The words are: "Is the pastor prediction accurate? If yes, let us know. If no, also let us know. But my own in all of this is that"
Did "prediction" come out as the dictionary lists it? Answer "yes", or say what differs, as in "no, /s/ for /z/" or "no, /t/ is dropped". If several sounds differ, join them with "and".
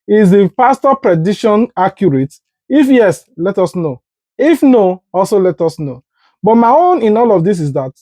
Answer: no, /k/ is dropped